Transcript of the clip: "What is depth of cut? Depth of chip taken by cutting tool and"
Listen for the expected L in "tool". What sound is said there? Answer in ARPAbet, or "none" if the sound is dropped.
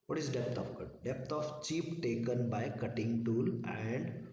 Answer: L